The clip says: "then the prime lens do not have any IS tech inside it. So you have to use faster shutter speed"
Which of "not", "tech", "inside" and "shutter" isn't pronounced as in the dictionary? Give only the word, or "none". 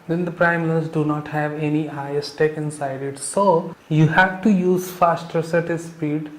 shutter